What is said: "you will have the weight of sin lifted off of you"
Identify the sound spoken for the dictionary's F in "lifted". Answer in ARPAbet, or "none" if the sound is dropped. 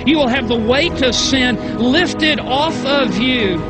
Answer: F